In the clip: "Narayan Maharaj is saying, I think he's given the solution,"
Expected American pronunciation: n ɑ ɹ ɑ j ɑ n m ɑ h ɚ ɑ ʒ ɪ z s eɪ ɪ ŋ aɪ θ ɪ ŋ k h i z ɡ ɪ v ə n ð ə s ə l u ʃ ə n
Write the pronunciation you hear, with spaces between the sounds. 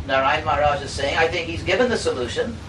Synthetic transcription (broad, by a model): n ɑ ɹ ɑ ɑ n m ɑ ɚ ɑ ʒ ɪ z s eɪ ɪ ŋ aɪ θ ɪ ŋ k h i z ɡ ɪ v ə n ð ə s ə l u ʃ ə n